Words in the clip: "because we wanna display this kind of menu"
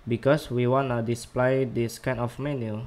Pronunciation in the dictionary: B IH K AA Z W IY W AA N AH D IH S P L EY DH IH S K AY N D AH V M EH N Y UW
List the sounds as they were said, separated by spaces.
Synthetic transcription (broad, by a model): B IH K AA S W IY W AA N AH D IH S P L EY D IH S K AY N AH F M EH N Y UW